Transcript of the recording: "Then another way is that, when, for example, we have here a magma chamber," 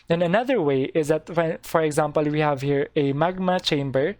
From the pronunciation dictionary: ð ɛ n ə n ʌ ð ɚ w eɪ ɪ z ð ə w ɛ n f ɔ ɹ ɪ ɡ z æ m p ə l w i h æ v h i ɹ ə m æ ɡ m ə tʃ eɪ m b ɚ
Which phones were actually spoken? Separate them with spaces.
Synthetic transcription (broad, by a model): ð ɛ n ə n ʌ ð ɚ w eɪ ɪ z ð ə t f f ɔ ɹ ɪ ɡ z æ m p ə l w i h æ v h i ɹ ə m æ ɡ m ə tʃ eɪ m b ɚ